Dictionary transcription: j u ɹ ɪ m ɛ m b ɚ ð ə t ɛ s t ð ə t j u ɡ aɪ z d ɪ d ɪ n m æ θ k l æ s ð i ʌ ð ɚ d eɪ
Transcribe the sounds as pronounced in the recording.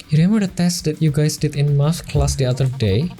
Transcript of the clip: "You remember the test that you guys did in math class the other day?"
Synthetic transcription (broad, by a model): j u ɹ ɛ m ɚ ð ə t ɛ s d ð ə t j u ɡ aɪ s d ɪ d ɪ n m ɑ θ k l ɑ s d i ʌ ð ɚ d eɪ